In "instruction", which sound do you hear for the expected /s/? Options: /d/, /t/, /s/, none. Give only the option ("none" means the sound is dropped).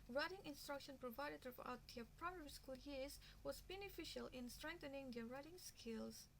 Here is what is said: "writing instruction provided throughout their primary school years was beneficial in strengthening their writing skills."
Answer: /s/